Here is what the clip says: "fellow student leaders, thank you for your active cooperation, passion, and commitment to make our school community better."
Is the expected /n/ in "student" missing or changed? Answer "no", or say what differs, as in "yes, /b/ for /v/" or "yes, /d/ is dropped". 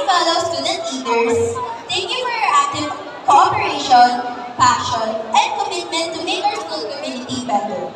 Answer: yes, /n/ is dropped